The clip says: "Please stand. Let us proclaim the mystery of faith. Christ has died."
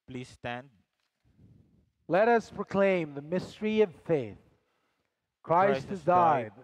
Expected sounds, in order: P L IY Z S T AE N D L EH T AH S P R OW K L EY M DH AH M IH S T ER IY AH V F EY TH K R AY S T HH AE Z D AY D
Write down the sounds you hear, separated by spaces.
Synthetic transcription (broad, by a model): P L IY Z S T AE N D L EH T AH S P R OW K L EY M DH AH M IH S T ER IY AH V F EY TH K R AY S T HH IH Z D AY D